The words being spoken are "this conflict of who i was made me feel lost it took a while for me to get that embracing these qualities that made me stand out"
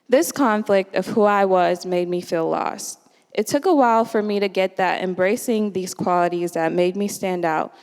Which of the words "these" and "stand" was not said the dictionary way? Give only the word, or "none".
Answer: none